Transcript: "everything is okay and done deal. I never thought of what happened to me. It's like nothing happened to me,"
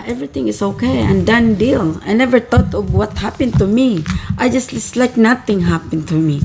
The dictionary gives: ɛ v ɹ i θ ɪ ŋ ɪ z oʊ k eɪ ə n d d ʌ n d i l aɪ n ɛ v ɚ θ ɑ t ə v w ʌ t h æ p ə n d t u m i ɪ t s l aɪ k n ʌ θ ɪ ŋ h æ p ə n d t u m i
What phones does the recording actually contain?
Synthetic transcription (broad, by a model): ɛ v ɹ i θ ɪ ŋ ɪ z oʊ k eɪ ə n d d ʌ n d i l aɪ n ɛ v ɚ t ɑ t ə v w ʌ t h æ p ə n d t u m i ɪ t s l aɪ k n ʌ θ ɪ ŋ h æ p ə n t u m i